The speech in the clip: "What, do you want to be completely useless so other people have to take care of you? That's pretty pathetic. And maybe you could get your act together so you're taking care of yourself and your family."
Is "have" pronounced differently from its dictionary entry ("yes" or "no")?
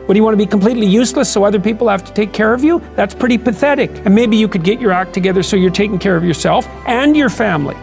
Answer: yes